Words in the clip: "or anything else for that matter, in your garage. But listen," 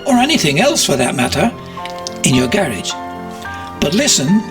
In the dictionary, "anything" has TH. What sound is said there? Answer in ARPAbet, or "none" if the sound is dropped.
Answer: TH